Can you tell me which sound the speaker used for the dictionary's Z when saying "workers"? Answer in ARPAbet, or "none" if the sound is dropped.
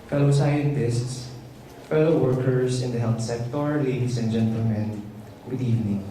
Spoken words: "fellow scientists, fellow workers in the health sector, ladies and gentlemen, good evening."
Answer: S